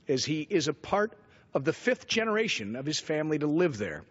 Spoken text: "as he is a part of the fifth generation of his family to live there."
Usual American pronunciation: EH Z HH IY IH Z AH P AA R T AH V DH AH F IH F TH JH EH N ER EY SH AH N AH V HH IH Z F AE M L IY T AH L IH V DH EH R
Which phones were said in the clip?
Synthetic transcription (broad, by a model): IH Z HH IY IH Z AH P AA R T AH V DH AH F IH F TH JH EH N ER EY SH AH N AH V IH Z F AE M L IY T AH L IH V DH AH R